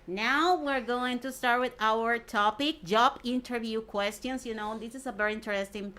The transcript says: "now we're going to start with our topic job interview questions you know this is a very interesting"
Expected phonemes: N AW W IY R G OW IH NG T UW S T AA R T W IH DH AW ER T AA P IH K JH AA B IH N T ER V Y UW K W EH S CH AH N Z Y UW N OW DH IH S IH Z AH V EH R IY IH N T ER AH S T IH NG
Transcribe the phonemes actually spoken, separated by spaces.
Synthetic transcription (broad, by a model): N AW W IY R G OW IH NG T UW S T AA R T W IH DH AW ER T AA P IH K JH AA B IH N T ER V Y UW K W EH S CH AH N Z Y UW N OW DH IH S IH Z AH V EH R IY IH N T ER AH S T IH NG